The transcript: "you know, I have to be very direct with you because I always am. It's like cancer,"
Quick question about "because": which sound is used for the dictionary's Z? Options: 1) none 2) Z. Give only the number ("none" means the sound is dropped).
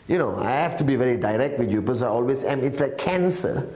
1